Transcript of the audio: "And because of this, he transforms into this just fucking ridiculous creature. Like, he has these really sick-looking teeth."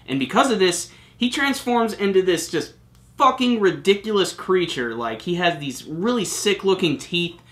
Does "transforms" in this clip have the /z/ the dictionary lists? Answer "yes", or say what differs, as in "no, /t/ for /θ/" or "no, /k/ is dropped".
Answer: yes